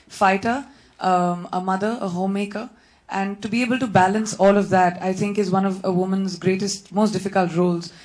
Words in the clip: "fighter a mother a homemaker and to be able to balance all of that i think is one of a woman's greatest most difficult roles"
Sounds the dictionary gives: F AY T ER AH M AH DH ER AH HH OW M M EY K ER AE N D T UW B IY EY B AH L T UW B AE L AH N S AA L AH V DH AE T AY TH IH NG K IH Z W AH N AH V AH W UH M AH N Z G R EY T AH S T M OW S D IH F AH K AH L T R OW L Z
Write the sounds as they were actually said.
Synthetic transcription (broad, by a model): F AY T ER AH M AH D ER AH HH OW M M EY K ER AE N D T UW B IY EY B AH L T UW B AE L AH N S AA L AH V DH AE T AY T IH NG K IH Z W AH N AH V AH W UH M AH N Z G R EY T AH S T M OW S D IH F AH K AH L T R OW L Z